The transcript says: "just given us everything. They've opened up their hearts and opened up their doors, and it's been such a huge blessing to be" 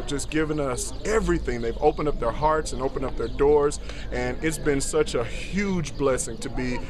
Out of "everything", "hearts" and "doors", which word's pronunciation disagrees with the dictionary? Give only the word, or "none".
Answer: none